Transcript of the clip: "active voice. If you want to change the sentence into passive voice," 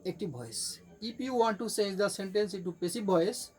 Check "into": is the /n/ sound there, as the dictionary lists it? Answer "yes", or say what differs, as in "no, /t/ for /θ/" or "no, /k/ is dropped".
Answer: no, /n/ is dropped